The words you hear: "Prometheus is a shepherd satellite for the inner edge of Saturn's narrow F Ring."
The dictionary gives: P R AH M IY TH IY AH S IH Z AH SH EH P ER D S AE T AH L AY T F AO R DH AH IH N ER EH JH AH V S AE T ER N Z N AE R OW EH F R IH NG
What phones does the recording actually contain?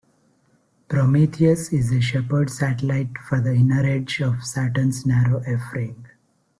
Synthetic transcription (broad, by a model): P R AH M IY T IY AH S IH Z AH SH EH P ER D S AE T AH L AY T F AO R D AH IH N ER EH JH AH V S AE T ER N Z N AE R OW EH F R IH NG